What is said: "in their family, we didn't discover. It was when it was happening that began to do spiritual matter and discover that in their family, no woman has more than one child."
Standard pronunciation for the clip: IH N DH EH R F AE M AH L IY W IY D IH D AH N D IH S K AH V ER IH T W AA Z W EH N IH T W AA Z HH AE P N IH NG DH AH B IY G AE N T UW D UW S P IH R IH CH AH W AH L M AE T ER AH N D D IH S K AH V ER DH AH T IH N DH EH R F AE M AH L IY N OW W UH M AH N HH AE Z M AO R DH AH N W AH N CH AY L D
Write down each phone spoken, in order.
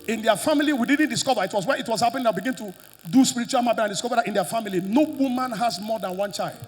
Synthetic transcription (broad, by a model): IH N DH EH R F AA M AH L IY W IY D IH D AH N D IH S K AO V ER IH T W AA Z W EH IH T W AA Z HH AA P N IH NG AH B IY G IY N T UW D UW S P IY R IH CH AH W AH L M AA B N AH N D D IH S K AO V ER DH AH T IH N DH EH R F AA M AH L IY N OW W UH M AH N HH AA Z M AO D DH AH N W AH N CH AY L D